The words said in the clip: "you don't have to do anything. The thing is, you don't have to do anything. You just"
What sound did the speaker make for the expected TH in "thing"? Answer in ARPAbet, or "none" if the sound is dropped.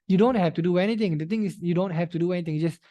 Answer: T